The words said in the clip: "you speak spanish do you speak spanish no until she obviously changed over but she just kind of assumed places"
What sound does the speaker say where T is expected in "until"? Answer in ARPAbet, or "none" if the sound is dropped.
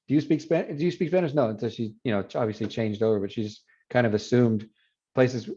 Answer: S